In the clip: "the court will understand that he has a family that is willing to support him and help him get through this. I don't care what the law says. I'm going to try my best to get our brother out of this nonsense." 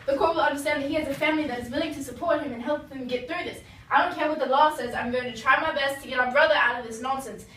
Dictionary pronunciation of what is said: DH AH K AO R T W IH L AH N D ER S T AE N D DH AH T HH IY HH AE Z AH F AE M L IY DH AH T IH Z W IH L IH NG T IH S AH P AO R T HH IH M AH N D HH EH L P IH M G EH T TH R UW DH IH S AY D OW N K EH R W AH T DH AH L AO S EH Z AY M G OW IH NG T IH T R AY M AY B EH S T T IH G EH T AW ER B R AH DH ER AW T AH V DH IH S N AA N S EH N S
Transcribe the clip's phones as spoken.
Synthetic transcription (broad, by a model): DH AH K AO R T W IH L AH N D ER S T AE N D DH AH T HH IY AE Z AH F AE M L IY DH AH T IH Z W IH L IH NG T IH S AH P AO R T HH IH M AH N HH EH L P IH M G EH T TH R UW DH IH S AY D OW N K EH R W AH T DH AH L AO S EH Z AY M G OW IH NG T IH T R AY M AY B EH S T T IH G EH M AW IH B R AH DH ER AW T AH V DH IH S N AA N S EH N S